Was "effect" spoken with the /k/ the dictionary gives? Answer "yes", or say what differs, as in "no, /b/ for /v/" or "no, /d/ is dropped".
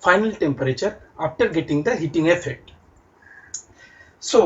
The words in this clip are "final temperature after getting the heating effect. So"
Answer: no, /k/ is dropped